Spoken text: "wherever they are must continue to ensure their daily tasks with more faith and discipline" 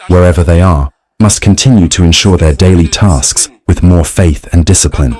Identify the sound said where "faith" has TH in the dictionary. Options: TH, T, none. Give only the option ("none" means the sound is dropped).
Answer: TH